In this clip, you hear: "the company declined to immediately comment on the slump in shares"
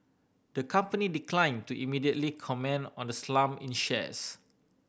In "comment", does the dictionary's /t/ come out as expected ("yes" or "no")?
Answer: no